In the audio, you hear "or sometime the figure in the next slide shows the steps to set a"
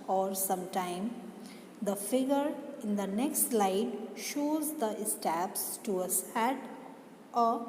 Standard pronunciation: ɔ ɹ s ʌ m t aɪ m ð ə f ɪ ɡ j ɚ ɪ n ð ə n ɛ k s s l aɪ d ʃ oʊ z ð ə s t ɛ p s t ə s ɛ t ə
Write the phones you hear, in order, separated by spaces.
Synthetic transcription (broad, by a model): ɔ ɹ s ʌ m t aɪ m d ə f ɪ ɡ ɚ ɪ n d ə n ɛ k s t l aɪ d ʃ oʊ z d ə s t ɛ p s t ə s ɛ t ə